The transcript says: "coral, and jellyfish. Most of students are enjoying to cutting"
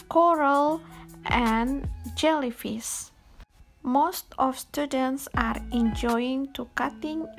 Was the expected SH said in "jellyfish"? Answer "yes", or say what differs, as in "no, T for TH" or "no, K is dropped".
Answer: no, S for SH